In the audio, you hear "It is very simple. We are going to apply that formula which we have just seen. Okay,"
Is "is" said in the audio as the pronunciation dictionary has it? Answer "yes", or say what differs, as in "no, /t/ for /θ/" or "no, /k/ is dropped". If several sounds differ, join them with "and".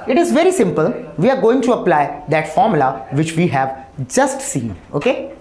yes